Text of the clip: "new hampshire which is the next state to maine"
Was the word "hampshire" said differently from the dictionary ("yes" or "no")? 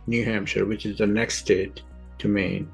no